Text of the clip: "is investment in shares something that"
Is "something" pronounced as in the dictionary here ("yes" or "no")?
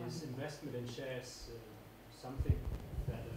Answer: yes